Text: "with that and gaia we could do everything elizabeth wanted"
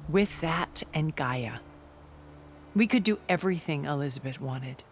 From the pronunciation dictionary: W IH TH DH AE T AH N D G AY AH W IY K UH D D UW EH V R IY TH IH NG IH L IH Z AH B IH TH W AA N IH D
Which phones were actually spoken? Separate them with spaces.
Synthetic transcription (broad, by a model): W IH DH AE T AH N G AY AH W IY K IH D D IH EH V R IY TH IH NG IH L IH Z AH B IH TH W AA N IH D